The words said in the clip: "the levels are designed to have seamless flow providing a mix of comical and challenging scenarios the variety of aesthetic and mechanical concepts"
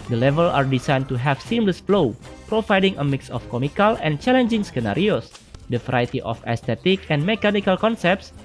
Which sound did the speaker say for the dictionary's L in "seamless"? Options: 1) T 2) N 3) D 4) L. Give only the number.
4